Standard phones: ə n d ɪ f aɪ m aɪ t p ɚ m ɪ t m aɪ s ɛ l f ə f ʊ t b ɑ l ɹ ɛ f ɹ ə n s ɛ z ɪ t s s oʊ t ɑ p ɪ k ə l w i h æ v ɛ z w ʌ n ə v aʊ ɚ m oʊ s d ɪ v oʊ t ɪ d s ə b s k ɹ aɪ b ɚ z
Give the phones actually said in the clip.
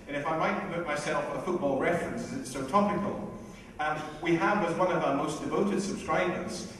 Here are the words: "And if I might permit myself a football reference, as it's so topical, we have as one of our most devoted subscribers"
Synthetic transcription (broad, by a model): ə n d ɪ f aɪ m aɪ t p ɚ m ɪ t m aɪ s ɛ l f ə f ʊ t b ɑ l ɹ ɛ f ɹ ə n s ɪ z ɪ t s s oʊ t ɑ p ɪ k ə n w i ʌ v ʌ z w ʌ n ə v aʊ ɚ m oʊ s d ɪ v oʊ t ɪ d s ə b s k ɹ aɪ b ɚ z